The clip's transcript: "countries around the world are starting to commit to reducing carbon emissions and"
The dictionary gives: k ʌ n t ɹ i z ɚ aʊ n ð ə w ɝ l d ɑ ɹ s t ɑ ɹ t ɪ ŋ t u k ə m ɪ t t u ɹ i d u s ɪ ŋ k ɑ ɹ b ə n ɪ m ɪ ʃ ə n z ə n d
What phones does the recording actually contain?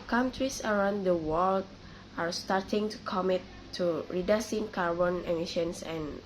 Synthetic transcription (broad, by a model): k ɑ n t ɹ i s ɚ aʊ n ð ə w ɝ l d ɑ ɹ s t ɑ ɹ t ɪ ŋ t u k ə m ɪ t t u ɹ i d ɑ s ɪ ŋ k ɑ ɹ b ə n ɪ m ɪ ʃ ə n s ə n